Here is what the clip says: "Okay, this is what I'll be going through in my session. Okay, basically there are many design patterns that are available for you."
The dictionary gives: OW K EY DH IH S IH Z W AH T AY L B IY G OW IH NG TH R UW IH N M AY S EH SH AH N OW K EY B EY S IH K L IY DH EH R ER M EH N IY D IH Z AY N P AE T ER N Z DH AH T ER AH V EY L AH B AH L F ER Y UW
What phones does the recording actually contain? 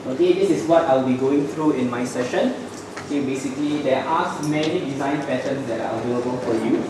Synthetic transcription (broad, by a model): OW K EY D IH S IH S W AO T AY L B IY G OW IH NG T R UW IH N M AY S EH SH AH N OW K EY B EY S IH K L IY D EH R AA M EH N IY D IH Z AY N P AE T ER N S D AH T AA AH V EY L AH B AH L F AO Y UW